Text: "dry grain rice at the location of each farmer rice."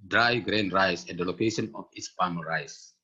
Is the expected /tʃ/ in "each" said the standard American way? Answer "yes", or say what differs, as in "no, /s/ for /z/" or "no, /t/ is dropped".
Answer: no, /s/ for /tʃ/